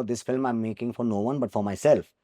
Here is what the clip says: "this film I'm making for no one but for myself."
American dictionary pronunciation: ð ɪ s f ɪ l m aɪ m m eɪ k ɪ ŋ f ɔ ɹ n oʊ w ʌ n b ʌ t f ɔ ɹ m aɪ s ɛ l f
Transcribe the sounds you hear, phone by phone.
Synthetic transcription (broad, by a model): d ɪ s f ɪ l m aɪ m m eɪ k ɪ ŋ f ɔ ɹ n oʊ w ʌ n b ʌ t f ɔ ɹ m aɪ s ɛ l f